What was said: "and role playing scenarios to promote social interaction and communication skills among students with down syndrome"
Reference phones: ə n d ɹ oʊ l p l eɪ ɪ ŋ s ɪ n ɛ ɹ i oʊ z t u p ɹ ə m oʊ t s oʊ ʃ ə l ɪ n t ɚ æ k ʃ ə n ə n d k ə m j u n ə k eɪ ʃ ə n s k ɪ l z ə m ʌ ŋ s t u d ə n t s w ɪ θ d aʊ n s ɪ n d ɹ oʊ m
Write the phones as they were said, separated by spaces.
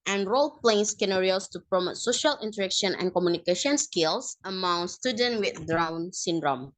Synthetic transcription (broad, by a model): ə n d ɹ oʊ l p l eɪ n s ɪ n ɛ ɹ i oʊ s t u p ɹ ə m oʊ t s oʊ ʃ ə l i n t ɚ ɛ k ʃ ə n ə n k ə m j u n ə k eɪ ʃ ə n s k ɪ l s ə m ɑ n s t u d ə n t w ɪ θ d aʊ n s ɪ n d ɹ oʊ m